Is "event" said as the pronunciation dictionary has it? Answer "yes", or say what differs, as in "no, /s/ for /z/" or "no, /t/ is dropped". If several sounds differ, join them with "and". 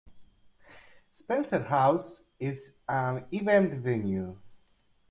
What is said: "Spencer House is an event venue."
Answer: yes